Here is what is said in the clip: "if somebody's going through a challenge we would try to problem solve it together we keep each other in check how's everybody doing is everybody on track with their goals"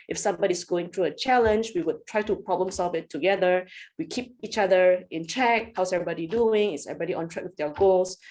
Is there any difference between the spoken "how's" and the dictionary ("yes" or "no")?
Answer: yes